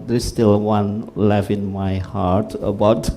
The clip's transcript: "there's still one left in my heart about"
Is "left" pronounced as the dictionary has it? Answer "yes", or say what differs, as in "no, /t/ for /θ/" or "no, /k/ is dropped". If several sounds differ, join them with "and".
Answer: no, /t/ is dropped